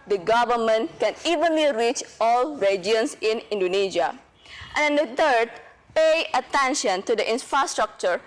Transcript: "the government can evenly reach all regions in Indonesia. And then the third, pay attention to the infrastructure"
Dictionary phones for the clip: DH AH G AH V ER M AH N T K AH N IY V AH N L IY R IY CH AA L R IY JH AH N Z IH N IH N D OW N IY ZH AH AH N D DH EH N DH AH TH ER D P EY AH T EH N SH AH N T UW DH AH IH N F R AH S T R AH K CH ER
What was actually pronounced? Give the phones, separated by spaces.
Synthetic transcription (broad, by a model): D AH G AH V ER M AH N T K AH N IY V AH N L IY R IY CH AA L R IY JH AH N S IH N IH N D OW N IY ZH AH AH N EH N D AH T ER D P EY AH T EH N SH AH N T UW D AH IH N F R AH S T R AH K CH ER